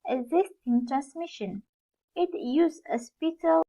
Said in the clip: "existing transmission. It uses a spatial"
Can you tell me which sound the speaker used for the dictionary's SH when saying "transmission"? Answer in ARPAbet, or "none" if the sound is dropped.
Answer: SH